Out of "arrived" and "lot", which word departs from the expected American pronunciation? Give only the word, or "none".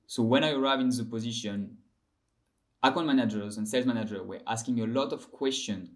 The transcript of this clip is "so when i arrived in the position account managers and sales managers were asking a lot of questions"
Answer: arrived